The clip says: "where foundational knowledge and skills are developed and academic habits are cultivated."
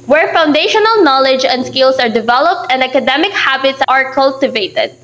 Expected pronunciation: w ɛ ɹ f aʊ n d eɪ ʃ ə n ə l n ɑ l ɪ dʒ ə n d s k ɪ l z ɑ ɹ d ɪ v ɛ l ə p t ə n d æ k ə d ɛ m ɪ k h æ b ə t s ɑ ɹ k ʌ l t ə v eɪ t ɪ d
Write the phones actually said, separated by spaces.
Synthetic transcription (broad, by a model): w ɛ ɹ f aʊ n d eɪ ʃ ə n ə l n ɑ l ɪ dʒ ə n d s k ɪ l s ɑ ɹ d ɪ v ɛ l ə p t ə n d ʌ k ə d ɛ m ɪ k h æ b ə t s ɑ ɹ k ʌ l t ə v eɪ t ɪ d